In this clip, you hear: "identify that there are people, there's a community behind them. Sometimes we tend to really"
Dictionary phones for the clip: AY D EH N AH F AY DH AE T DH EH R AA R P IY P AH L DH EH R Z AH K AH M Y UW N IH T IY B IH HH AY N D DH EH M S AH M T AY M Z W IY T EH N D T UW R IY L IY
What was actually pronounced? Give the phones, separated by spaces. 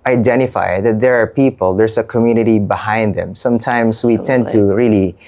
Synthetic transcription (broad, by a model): AY D EH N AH F AY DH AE T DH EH R AA R P IY P AH L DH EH R S AH K AH M Y UW N IH T IY B IH HH AY N D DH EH M S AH M T AY M S W IY T EH N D T UW R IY L IY